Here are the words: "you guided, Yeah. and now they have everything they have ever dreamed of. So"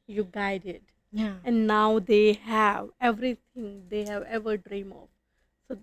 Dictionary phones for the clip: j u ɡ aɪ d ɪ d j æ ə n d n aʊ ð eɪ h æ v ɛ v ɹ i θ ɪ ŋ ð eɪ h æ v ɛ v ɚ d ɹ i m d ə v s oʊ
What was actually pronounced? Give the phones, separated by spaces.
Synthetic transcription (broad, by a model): j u ɡ aɪ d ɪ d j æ ə n d n aʊ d eɪ h æ v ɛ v ɹ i t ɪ ŋ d eɪ h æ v ɛ v ɚ d ɹ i m ə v s oʊ